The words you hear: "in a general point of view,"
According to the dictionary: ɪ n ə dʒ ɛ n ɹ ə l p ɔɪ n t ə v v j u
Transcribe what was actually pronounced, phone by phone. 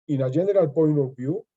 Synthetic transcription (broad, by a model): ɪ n ə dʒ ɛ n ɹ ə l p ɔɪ n ə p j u